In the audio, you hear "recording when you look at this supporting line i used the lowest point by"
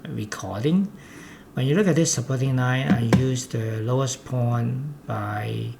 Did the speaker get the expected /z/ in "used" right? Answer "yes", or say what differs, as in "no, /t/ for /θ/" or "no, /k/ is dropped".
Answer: no, /s/ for /z/